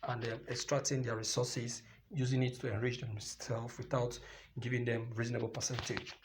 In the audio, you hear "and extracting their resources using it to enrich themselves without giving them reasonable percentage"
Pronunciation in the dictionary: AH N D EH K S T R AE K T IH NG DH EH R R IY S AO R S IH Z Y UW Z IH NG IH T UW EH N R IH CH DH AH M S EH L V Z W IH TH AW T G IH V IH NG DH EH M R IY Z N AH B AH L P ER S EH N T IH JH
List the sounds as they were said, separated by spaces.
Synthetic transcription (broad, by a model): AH N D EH K S T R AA K T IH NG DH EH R R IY S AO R S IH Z Y UW Z IH NG IH T UW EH N R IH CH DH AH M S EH L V W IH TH AW T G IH V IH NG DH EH M R IY Z N AH B AH L P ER S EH N T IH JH